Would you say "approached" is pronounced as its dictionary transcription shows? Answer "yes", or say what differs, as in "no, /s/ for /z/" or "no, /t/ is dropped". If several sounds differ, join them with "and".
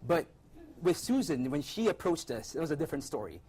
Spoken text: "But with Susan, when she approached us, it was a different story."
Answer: yes